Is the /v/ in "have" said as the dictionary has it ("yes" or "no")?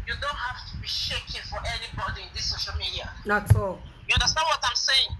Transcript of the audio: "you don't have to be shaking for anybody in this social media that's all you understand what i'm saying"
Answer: no